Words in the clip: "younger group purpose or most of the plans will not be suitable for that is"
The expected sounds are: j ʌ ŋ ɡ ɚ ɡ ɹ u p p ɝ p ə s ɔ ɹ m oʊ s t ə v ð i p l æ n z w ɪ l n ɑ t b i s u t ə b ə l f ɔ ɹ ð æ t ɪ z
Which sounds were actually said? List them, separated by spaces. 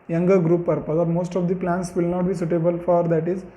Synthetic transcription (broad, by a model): j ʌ ŋ ɡ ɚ ɡ ɹ u p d p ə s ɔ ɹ m oʊ s t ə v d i p l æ n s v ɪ l n ɑ t b i s u t ə b ə l f ɔ ɹ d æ t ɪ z